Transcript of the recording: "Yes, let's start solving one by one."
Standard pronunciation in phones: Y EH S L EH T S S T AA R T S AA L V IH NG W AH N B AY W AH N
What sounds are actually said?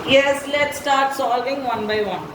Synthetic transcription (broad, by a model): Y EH S L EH T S S T AA R T S AA L V IH NG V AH N B AY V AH N